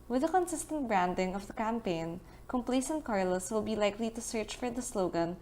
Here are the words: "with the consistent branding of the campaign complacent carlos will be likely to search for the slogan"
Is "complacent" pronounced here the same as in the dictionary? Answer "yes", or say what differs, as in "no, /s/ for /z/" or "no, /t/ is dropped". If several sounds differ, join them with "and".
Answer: yes